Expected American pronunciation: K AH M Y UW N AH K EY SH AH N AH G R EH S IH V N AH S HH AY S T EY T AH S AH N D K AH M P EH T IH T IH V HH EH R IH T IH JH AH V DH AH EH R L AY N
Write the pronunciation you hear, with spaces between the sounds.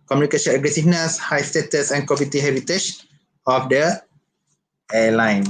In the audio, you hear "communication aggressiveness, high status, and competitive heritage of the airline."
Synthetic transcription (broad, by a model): K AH M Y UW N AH K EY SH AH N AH G R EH S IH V N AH S HH AY S T EY T AH S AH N K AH P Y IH T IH HH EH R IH T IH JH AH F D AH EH L AY N